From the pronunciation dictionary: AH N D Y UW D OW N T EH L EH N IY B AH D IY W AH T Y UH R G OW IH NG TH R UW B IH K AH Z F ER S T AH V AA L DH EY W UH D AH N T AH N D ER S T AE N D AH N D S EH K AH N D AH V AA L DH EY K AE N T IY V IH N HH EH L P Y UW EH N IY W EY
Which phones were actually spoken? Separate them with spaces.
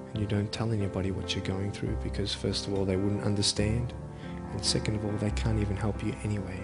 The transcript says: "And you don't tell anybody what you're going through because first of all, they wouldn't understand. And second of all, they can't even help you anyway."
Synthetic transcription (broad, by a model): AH N Y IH D OW N T EH L EH N IY B AH D IY W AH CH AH R G OW IH NG TH R UW B IH K AH Z F ER S T AH V AA L DH EY W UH D N T AH N D ER S T AE N D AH N S EH K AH N D AH V AA L DH EY K AE N T IY V IH N HH EH L P Y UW EH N IY W EY